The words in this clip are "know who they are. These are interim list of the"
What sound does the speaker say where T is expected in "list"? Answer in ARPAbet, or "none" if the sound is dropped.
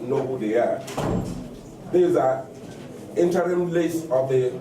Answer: none